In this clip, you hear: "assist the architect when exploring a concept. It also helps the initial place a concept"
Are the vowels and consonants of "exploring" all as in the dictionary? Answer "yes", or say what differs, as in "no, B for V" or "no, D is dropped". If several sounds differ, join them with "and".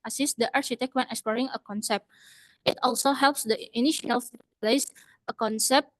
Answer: yes